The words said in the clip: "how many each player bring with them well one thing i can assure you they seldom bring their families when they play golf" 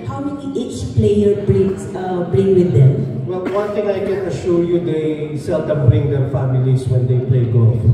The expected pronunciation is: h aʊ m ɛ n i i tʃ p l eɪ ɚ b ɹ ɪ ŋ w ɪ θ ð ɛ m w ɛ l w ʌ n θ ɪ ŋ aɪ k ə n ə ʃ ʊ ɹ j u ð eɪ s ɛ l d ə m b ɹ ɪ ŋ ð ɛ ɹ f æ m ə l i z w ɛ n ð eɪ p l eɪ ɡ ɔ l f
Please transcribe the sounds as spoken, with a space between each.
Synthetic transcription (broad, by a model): h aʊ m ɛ i i tʃ p l eɪ ɚ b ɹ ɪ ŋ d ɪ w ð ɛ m w ɛ l w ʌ n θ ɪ ŋ aɪ k ə n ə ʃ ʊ ɹ j u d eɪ s ɛ l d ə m b ɹ ɪ ŋ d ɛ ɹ f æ m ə l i s w ɛ n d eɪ p l eɪ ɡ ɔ